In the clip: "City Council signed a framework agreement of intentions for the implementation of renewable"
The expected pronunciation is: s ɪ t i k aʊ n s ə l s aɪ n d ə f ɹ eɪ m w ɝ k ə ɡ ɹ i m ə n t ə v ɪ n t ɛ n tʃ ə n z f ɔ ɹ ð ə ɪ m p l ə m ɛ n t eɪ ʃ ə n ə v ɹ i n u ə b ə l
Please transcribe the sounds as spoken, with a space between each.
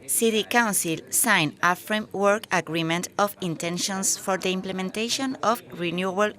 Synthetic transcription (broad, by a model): s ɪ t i k aʊ n s ə l s aɪ n ə f ɹ eɪ m w ɝ k ə ɡ ɹ i m ə n t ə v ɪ n t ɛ n ʃ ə n s f ɔ ɹ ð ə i m p l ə m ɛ n t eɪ ʃ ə n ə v ɹ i n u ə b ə l